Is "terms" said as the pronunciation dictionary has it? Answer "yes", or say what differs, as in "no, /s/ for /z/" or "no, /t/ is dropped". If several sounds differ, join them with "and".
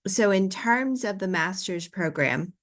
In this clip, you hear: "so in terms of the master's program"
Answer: yes